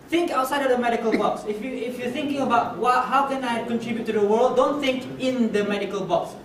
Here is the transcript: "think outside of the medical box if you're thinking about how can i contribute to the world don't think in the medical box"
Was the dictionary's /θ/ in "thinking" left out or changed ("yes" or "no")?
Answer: no